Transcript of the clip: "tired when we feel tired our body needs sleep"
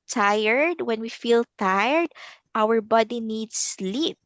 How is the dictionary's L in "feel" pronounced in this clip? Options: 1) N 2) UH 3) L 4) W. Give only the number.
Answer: 3